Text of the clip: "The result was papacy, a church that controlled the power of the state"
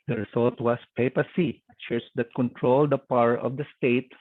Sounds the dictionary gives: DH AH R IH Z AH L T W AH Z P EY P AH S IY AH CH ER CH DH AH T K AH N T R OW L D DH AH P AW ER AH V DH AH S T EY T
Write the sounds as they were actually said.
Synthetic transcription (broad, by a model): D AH R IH S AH L T W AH S P EY P AH S IY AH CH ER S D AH T K AH N T R OW L D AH P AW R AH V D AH S T EY T